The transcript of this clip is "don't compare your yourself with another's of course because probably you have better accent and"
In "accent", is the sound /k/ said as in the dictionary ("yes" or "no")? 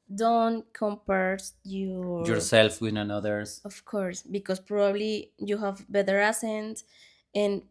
no